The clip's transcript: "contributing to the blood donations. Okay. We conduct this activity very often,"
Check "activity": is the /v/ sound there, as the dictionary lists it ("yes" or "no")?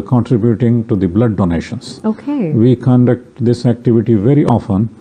yes